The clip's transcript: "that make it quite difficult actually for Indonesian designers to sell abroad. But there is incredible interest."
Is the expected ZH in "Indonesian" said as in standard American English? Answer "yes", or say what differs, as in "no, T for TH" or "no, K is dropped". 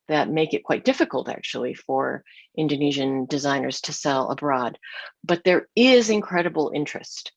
yes